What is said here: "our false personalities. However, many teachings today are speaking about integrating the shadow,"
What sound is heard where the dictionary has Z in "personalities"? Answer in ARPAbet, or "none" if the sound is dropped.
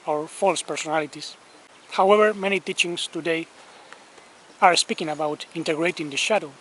S